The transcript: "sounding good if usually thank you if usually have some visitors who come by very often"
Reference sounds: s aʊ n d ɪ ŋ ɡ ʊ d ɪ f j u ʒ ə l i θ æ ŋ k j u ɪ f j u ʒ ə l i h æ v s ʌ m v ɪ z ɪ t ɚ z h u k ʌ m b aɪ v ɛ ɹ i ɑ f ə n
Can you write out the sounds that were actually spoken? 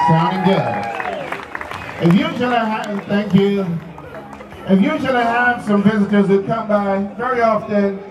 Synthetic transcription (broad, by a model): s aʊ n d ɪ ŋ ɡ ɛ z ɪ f j u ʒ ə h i θ æ ŋ k j u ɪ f j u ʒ l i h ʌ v s ʌ m v ɪ z ɪ t ɚ z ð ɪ k ʌ m b aɪ v ɛ ɹ i ɑ f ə n